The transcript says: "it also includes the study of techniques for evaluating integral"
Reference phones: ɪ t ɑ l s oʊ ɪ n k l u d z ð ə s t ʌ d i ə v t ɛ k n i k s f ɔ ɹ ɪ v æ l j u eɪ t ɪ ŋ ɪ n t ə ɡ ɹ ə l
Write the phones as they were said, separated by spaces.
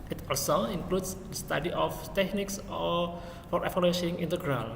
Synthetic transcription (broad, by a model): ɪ t ɑ l s oʊ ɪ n k l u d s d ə s t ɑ d i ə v t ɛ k n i k s f ɔ ɹ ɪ p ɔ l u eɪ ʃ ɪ ŋ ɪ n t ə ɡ ɹ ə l